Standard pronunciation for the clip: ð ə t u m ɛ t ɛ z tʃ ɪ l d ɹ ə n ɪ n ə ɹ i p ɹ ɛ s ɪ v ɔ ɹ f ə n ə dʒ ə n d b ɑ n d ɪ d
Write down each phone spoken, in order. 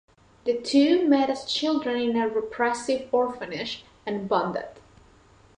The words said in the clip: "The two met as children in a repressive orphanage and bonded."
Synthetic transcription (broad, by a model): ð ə t u m ɛ t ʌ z tʃ ɪ l d ɹ ə n ɪ n ə ɹ i p ɹ ɛ s ɪ v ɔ ɹ f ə n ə ʃ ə n b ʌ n d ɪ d